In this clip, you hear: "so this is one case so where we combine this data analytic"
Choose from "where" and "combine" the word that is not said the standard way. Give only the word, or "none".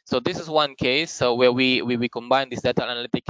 where